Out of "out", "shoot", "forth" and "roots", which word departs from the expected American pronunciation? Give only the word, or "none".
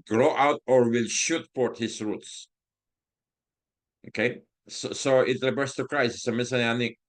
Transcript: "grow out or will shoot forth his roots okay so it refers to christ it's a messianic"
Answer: forth